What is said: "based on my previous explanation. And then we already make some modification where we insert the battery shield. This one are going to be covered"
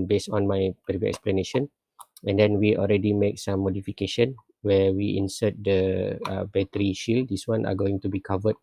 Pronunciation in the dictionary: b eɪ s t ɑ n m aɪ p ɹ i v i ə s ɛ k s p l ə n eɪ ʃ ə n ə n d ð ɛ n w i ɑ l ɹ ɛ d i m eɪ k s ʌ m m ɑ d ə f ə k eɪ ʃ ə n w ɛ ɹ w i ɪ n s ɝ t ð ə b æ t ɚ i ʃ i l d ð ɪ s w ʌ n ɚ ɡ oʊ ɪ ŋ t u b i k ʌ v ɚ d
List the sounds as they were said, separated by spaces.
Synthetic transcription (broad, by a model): b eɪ s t ɑ n m aɪ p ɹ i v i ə ɛ k s p l ə n eɪ ʃ ə n ə n d ɛ n w i ɑ l ɹ ɛ d i m eɪ k s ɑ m m ɑ d ə f ə k eɪ ʃ ə n w ɛ w i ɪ n s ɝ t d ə b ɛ t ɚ i ʃ i l d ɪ s w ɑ n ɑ ɡ oʊ ɪ ŋ t u b i k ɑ v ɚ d